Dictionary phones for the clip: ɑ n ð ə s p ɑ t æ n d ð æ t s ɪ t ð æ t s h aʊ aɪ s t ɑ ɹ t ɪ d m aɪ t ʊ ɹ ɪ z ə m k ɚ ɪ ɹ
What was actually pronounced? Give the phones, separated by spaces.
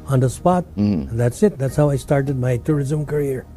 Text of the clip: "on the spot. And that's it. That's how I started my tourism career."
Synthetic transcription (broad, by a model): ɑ n ð ə s p ɑ t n ð æ t s ɪ t ð æ t s h aʊ aɪ s t ɑ ɹ t ɪ d m aɪ t ʊ ɹ ɪ z ə m k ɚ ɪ ɹ